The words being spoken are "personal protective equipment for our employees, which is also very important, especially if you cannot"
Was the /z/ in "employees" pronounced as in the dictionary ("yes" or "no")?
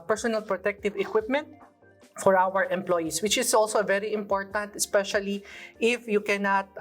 no